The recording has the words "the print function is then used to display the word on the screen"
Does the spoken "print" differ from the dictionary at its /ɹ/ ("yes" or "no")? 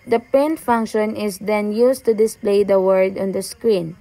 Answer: yes